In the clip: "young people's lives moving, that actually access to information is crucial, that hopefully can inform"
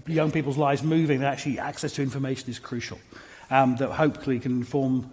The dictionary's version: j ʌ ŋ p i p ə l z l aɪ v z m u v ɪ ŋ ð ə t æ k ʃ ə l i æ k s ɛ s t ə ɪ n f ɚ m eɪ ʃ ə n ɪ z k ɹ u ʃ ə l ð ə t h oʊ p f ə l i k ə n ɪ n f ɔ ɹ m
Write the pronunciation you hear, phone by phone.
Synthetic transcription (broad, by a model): j ʌ ŋ p i p l z l aɪ v z m u v ɪ ŋ ð ə t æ k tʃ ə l i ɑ k s ɛ s t ə ɪ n f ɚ m eɪ ʃ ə n ɪ z k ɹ u ʃ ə l ð ə t h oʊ p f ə l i k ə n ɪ n f ɔ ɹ m